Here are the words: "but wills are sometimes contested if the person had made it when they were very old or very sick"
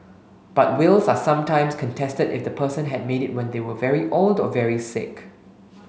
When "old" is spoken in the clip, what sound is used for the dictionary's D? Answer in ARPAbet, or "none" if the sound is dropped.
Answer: D